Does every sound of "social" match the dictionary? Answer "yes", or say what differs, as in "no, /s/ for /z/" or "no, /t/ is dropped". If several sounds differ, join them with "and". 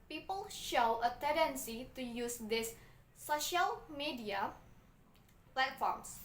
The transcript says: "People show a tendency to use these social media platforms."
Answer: yes